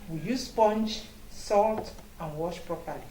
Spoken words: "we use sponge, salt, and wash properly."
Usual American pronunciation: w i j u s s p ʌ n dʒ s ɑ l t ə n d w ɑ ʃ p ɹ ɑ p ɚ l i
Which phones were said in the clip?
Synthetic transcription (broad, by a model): w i j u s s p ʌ n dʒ s ɑ l t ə n w ɑ ʃ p ɹ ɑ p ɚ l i